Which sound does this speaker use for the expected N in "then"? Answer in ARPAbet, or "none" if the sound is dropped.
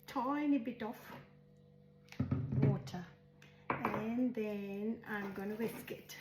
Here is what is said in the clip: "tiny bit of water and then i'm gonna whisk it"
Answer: N